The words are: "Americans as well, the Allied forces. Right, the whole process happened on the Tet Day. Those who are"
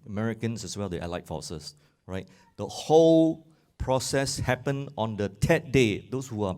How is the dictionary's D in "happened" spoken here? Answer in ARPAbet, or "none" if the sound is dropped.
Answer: none